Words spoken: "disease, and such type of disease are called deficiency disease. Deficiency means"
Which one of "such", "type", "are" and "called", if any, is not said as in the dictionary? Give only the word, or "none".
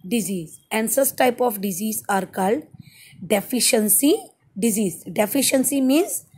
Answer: such